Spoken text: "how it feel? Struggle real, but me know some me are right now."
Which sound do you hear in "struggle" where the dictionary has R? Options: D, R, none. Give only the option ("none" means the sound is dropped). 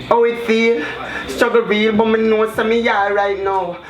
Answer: none